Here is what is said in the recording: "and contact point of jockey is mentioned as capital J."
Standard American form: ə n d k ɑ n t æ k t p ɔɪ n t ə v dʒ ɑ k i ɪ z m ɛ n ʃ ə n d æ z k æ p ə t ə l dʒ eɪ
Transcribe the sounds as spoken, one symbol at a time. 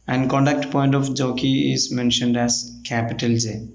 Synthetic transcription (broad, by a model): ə n d k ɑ n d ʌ k t p ɔɪ n t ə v dʒ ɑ k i ɪ z m ɛ n ʃ ə n d æ z k æ p ə t ə l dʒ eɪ